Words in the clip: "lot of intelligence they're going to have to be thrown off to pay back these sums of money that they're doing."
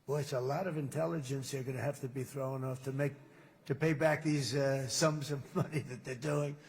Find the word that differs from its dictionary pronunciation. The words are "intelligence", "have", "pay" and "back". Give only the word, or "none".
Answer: have